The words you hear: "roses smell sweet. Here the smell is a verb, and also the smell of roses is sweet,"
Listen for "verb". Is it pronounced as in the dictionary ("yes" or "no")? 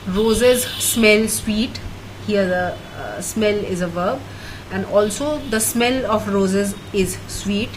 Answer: yes